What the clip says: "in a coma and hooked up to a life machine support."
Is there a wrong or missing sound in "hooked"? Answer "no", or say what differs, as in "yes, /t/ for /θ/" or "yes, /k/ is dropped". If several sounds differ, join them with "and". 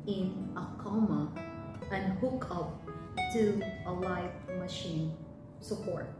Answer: yes, /t/ is dropped